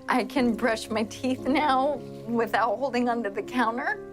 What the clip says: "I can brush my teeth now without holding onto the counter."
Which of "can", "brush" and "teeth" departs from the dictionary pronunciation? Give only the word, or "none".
none